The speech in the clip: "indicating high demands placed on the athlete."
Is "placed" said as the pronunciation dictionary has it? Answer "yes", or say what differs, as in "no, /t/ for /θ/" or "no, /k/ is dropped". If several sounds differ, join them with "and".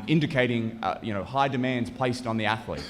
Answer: yes